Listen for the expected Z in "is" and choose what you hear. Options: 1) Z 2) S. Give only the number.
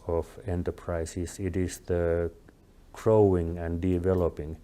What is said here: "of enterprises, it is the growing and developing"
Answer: 2